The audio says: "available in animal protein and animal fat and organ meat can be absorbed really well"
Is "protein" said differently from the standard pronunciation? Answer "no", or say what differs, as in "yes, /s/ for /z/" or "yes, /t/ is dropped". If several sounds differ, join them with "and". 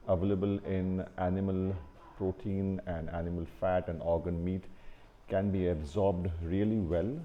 no